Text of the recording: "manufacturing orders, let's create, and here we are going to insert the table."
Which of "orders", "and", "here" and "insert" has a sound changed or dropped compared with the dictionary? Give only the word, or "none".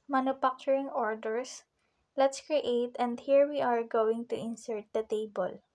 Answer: orders